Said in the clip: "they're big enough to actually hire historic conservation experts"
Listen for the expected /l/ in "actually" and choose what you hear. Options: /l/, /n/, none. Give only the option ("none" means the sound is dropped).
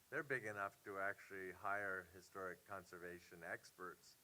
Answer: /l/